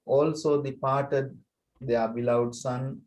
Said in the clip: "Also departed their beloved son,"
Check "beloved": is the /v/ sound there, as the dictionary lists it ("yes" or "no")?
no